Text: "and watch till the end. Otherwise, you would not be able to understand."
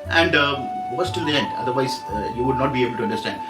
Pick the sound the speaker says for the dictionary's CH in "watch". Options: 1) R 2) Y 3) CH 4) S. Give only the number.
4